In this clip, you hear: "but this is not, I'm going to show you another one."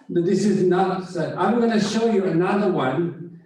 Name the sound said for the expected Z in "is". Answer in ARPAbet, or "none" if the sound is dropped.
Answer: Z